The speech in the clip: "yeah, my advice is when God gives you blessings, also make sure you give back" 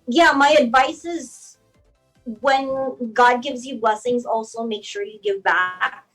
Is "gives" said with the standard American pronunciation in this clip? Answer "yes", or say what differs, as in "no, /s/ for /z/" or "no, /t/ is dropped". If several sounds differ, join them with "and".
yes